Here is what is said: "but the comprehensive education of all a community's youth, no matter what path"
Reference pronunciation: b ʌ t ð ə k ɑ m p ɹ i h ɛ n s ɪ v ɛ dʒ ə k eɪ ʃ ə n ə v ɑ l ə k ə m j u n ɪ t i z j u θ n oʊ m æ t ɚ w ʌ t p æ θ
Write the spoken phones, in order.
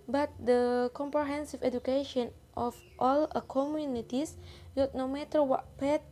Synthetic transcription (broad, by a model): b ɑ t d ə k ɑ m p ɹ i h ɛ n s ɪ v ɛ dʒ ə k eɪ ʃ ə n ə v ɑ l ə k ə m j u n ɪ t i s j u t n oʊ m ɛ t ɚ w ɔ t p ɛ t